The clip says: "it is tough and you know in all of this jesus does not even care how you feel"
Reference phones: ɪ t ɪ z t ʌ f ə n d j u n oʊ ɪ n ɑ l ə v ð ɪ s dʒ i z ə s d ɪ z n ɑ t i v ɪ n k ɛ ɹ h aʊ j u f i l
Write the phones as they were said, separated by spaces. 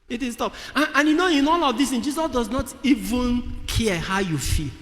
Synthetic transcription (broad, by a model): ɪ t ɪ s t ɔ p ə n j u n oʊ ɪ n ɑ l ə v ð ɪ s dʒ i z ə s d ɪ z n ɑ t i v ɪ n k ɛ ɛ h aʊ j u f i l